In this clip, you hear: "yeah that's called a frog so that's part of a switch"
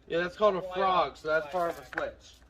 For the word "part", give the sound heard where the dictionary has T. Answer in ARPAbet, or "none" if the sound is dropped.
none